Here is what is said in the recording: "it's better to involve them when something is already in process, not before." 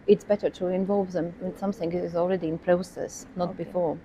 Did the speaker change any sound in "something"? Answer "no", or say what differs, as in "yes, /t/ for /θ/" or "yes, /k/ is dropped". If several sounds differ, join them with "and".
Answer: no